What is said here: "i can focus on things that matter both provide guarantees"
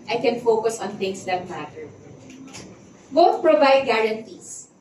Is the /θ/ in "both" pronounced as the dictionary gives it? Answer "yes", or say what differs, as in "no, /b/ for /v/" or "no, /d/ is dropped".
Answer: no, /t/ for /θ/